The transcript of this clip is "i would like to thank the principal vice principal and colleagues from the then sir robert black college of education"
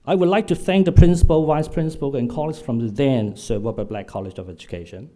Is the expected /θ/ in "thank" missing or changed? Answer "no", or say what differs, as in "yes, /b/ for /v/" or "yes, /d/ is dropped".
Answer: no